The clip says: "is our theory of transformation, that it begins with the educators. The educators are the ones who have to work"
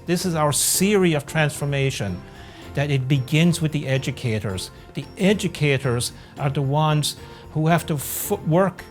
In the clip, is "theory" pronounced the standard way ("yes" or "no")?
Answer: no